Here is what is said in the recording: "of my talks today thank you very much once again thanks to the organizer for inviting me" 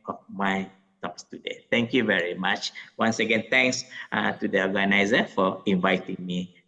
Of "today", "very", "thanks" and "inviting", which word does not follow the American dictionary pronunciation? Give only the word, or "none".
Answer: thanks